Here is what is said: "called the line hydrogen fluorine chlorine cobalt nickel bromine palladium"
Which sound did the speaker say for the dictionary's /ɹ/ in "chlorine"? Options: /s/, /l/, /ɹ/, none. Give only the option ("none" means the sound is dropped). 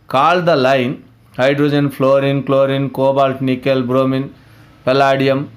/ɹ/